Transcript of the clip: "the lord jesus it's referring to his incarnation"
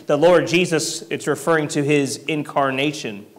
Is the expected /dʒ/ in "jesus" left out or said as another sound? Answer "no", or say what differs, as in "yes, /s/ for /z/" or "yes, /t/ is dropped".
no